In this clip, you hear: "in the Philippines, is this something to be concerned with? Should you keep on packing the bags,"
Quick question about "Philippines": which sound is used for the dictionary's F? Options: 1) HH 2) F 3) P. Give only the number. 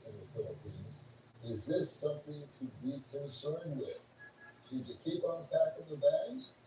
2